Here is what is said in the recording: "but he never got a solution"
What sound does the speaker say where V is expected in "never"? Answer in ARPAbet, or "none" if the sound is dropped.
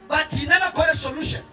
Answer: B